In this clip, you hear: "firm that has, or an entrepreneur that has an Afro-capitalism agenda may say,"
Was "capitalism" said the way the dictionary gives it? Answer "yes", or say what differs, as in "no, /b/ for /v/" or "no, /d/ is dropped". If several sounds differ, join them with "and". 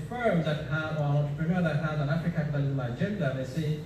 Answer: no, /m/ is dropped